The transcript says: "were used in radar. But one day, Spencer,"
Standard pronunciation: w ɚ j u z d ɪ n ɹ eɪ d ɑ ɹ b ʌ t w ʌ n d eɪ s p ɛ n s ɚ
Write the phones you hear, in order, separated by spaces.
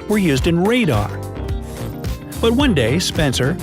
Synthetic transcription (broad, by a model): w ɚ j u z d ɪ n ɹ eɪ d ɑ ɹ b ʌ t w ʌ n d eɪ s p ɛ n s ɚ